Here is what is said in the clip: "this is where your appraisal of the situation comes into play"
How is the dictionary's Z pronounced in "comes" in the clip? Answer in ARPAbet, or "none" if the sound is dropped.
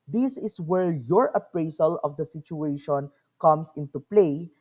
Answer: S